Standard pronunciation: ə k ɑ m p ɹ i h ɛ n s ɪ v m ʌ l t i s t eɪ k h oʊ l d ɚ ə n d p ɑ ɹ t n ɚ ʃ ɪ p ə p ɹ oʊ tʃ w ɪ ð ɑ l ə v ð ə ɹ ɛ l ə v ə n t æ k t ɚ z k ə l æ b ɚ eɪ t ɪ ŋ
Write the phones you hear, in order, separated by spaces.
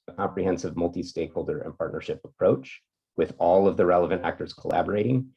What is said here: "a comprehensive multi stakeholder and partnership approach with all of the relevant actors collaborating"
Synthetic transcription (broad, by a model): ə k ɑ m p ɹ i h ɛ n s ɪ v m ʌ l t i s t eɪ k h oʊ l d ɚ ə n p ɑ ɹ t n ɚ ʃ ɪ p ə p ɹ oʊ tʃ w ɪ ð ɑ l ə v ð ə ɹ ɛ l ə v ə n t æ k t ɚ z k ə l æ b ɚ eɪ t ɪ ŋ